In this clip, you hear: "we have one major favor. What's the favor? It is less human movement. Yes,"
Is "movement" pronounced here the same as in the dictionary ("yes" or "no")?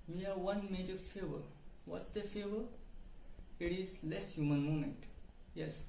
no